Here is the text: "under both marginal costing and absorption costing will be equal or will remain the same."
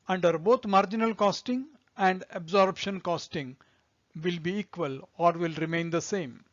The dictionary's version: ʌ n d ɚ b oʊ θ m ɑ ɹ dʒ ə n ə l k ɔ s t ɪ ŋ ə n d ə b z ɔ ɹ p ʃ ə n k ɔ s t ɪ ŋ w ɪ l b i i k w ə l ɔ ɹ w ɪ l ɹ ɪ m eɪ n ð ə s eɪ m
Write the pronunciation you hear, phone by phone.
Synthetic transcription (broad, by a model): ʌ n d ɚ b oʊ t m ɑ ɹ dʒ ə n ə l k ɔ s t ɪ ŋ ə n d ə b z ɔ ɹ b ʃ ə n k ɔ s t ɪ ŋ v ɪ l b i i k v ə l ɔ ɹ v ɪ l ɹ ɪ m eɪ n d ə s eɪ m